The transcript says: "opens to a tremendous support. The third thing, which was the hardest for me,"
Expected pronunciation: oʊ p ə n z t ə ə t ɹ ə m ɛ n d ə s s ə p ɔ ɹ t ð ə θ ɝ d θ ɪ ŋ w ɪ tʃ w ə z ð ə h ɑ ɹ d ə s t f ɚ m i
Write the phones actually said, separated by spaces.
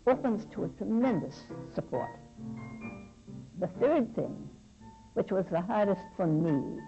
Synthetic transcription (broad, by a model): oʊ p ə n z t ə ə t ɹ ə m ɛ n d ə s s ə p ɔ ɹ t ð ə θ ɝ d θ ɪ ŋ w ɪ tʃ w ə z ð ə h ɑ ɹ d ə s t f ɚ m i